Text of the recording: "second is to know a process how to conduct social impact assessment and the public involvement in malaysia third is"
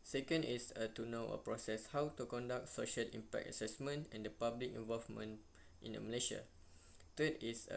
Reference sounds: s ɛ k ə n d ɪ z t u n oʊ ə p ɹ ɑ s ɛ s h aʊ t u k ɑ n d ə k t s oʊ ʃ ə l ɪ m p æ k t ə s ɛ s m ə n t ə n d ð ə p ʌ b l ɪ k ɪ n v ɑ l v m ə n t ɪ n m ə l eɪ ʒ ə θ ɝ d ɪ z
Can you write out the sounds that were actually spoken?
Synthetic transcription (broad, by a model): s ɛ k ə n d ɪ s t u n oʊ ə p ɹ ɑ s ɛ s h aʊ t u k ɑ n d ə k t s oʊ ʃ ə l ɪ m p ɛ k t ə s ɛ s m ə n t ə n d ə p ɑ b l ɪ k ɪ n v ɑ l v m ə n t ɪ n m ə l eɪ ʃ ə t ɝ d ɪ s